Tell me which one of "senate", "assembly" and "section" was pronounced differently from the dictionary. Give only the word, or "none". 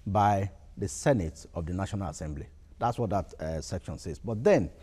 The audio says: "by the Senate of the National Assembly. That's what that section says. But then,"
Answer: none